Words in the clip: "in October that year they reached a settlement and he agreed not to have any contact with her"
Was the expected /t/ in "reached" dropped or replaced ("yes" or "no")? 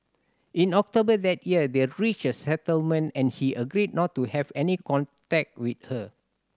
yes